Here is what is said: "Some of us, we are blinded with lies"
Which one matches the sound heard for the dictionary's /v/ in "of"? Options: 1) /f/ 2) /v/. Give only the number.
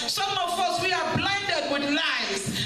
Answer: 1